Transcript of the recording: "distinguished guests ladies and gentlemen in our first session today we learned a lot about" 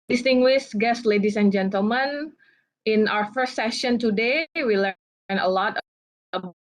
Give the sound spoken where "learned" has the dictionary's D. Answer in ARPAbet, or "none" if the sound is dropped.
none